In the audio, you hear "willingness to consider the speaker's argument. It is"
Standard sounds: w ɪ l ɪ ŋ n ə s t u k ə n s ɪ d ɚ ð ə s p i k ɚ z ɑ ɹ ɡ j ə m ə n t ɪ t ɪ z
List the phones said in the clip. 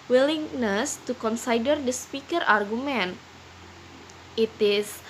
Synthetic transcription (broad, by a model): w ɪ l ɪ ŋ n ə s t u k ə n s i d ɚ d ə s p i k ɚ ɑ ɹ ɡ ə m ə n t ɪ t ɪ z